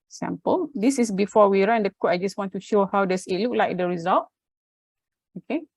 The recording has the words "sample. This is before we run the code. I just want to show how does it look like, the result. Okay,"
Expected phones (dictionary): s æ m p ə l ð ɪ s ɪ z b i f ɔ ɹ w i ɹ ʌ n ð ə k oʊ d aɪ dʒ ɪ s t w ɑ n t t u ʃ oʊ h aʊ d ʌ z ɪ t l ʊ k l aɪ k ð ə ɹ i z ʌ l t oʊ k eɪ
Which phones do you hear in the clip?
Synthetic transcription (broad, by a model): s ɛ m p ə l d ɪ s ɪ s b i f ɔ w i ɹ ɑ n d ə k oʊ aɪ dʒ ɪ s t w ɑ n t t u ʃ oʊ h aʊ d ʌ s ɪ t l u k l aɪ k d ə ɹ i z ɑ l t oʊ k eɪ